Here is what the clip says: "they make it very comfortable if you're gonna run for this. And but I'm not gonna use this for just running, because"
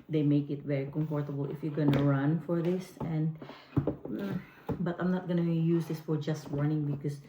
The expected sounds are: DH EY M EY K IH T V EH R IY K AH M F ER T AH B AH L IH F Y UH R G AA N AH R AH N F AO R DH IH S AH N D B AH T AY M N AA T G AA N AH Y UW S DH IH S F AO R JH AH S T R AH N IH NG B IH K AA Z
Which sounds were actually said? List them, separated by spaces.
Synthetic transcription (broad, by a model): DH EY M EY K IH T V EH R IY K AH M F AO T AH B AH L IH F Y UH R G AA N AH R AH N F AO R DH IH S AH N D B AH T AY M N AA T G AA N AH Y UW S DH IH S F AO R JH AH S T W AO N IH NG B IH K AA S